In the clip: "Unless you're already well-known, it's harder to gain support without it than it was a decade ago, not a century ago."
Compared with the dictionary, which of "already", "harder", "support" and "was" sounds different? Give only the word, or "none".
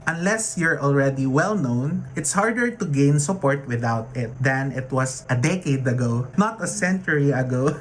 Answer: was